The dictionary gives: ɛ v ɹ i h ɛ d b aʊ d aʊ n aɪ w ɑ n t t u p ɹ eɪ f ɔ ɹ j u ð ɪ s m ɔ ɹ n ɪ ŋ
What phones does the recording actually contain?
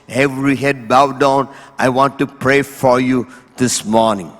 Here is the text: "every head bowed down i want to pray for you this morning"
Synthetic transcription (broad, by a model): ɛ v ɹ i h ɛ d b aʊ d aʊ n aɪ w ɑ n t t u p ɹ eɪ f ɔ ɹ j u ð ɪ s m ɔ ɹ n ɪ ŋ